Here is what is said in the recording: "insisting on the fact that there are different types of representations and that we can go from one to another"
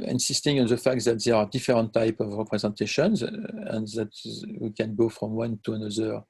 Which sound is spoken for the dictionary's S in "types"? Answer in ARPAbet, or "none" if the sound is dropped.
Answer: none